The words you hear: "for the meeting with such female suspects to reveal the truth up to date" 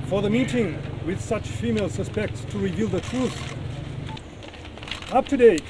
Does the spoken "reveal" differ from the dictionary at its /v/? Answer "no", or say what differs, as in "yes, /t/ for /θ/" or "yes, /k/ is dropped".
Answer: no